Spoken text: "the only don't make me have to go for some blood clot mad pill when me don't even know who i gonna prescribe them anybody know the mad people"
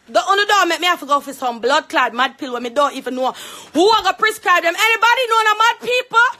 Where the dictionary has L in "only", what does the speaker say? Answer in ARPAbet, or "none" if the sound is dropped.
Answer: none